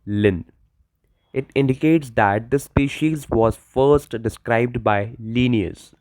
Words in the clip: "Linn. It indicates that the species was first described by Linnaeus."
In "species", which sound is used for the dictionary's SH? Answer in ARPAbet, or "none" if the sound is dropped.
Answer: SH